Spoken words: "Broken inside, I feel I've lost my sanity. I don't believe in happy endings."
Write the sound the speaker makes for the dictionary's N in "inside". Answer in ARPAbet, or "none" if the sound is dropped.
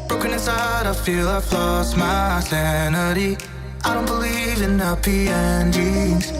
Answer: none